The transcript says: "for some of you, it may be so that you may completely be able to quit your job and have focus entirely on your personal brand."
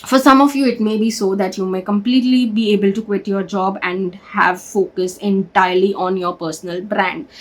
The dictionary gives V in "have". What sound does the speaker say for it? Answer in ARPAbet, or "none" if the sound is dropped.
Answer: V